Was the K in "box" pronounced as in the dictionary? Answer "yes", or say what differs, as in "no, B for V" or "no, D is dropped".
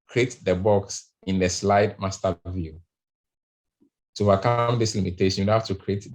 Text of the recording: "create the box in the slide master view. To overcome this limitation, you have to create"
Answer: yes